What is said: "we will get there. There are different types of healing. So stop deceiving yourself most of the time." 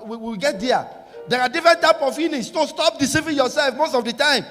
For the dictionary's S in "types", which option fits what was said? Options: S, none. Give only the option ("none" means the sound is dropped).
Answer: none